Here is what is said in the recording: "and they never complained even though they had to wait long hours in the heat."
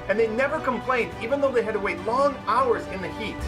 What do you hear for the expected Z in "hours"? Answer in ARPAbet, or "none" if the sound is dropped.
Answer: Z